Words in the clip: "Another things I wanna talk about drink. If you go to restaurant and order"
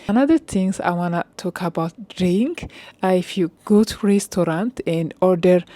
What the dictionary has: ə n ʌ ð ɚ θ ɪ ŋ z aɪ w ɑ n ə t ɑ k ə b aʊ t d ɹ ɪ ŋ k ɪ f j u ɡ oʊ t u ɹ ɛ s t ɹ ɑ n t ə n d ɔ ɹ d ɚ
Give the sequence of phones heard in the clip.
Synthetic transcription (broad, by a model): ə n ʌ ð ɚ t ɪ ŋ s aɪ w ɑ n ə t ɑ k ə b aʊ t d ɹ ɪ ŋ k ɪ f j u ɡ oʊ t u ɹ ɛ s t ɹ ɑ n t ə n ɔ ɹ d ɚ